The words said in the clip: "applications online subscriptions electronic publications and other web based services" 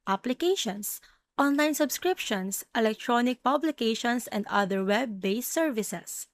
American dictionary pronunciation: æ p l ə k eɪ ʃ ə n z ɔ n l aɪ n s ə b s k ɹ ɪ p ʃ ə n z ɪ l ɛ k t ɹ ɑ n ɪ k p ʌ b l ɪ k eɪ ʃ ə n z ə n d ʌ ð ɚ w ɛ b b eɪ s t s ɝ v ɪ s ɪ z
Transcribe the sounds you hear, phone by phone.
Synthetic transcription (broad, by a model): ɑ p l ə k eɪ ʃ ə n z ɔ n l aɪ n s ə b s k ɹ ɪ p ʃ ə n s ɪ l ɛ k t ɹ ɑ n ɪ k p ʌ b l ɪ k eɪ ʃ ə n s ə n d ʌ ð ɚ w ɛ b b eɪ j s ɝ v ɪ s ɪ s